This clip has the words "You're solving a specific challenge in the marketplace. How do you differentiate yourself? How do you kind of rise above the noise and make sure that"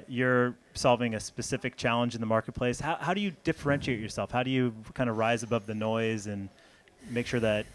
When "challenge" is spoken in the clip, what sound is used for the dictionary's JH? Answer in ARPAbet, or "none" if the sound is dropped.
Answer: JH